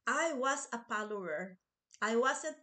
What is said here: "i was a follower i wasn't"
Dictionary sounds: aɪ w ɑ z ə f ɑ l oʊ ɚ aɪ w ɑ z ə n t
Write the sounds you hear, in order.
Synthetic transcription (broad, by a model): aɪ w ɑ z ə p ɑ l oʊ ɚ aɪ w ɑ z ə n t